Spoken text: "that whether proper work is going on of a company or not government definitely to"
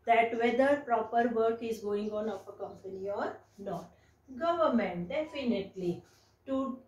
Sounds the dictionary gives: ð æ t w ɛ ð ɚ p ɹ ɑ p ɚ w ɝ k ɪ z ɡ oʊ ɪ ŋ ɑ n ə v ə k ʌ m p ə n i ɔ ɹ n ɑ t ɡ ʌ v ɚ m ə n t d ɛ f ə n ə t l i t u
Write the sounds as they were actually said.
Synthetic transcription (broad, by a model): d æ t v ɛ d ɚ p ɹ ɑ p ɚ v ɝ k ɪ z ɡ oʊ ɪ ŋ ɑ n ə p ə k ʌ m p ə n i ɔ ɹ n ɑ t ɡ ʌ v ɚ m ə n t d ɛ f ə n ə t l i t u